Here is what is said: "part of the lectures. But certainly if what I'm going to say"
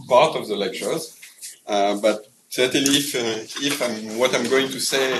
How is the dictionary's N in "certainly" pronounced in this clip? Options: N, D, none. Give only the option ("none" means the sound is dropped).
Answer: none